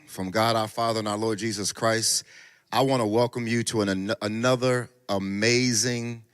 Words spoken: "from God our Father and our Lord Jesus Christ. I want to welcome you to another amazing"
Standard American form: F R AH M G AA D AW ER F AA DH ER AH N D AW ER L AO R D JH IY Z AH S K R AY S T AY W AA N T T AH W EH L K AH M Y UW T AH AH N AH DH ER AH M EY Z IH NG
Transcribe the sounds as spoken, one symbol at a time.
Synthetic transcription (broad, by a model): F R AH M G AA D AW ER F AA DH ER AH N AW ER L AO R D JH IY Z AH S K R AY S T AY W AA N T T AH W EH L K AH M Y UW T AH AH N AH DH ER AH M EY Z IH NG